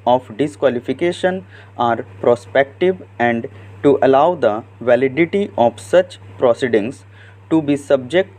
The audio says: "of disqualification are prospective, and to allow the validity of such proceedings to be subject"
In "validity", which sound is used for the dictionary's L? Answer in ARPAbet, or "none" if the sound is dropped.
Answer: L